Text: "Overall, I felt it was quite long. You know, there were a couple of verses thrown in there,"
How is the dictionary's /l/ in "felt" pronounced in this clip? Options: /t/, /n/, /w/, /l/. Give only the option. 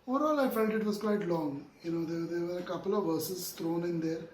/n/